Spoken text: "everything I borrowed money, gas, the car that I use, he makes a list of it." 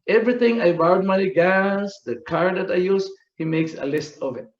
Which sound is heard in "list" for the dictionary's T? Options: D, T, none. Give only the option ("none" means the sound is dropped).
T